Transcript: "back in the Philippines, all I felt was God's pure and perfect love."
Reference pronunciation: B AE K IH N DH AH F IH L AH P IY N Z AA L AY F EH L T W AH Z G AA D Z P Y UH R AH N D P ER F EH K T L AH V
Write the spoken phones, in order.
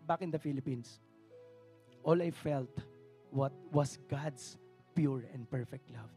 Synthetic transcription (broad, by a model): B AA K IH N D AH F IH L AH P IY N S AA L AY F EH L T W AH S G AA D S P Y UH R AH N D P ER F EH K T L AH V